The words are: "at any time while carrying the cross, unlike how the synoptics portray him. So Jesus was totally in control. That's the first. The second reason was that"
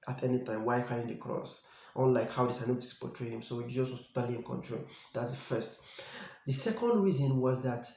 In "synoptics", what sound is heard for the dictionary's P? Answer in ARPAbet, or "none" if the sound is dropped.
none